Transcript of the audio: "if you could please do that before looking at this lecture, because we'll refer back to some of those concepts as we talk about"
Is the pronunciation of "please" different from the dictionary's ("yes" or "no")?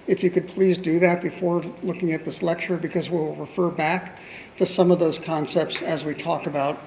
no